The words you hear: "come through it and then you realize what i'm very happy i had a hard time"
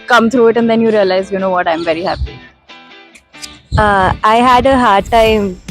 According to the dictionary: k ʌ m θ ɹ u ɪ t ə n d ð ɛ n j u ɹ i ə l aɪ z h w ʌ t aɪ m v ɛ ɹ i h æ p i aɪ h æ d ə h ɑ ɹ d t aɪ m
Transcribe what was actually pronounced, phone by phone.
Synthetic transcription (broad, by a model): k ʌ m t ɹ u ɪ t ə n d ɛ n j u ɹ i ə l aɪ z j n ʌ t aɪ m v ɛ ɹ i h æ p i aɪ h æ d ə h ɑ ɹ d t aɪ m